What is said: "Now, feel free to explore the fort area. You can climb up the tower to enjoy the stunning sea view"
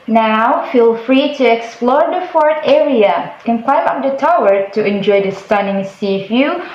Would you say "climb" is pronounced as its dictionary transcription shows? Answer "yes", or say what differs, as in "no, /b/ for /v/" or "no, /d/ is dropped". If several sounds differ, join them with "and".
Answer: no, /w/ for /l/